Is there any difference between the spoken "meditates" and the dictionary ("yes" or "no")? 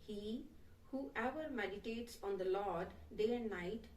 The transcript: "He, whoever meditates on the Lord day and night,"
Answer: no